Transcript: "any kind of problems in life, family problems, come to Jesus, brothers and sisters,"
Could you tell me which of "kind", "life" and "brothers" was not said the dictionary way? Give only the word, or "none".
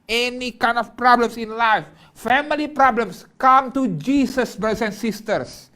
brothers